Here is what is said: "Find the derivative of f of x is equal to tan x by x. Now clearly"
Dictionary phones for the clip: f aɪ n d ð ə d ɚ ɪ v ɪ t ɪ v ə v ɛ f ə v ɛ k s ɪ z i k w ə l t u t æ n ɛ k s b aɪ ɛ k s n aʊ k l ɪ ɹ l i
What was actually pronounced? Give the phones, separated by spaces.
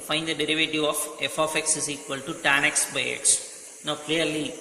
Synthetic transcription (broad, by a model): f aɪ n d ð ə d ɚ ɪ v ɪ t ɪ v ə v ɛ f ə f ɛ k s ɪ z i k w ə l t u t æ n ɛ k s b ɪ ɛ k s n aʊ k l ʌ ɹ l i